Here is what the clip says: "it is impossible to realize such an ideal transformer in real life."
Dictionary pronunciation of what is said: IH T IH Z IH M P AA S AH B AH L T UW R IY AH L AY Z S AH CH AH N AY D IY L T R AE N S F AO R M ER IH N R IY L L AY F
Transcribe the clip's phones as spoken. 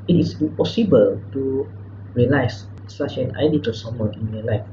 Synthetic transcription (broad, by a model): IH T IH S IH M P AA S AH B AH L T UW R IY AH L AY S S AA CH AH N AY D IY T AE S AO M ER IH N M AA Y L AY F